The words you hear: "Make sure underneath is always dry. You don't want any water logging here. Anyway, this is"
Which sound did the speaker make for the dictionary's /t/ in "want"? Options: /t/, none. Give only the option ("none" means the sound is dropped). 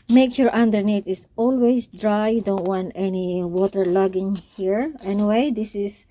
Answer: /t/